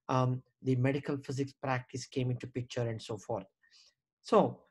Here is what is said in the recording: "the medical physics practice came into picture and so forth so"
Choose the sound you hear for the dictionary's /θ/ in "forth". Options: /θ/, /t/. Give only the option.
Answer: /t/